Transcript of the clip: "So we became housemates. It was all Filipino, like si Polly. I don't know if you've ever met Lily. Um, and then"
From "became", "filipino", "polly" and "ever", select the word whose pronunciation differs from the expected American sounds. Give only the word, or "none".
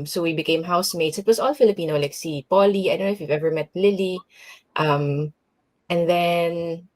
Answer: none